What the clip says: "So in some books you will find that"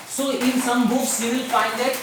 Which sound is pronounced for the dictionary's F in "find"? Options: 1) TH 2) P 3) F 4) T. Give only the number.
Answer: 2